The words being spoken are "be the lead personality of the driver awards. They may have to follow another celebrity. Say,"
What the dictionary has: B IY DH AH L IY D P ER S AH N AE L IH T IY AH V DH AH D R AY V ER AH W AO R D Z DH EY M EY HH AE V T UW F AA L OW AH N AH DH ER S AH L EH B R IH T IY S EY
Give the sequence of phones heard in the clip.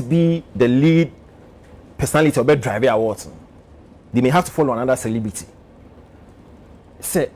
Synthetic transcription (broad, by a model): B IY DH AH L IY D P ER S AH N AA L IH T IY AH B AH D R AY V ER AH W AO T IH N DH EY M EY HH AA F T UW F AA L OW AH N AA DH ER S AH L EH B R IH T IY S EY